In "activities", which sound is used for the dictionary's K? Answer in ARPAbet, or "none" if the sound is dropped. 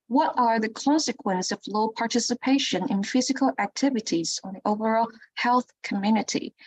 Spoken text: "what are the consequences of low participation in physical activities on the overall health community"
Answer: K